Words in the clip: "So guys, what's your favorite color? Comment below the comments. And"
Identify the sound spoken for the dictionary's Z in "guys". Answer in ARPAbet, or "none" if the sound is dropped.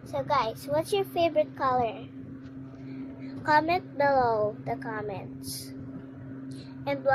S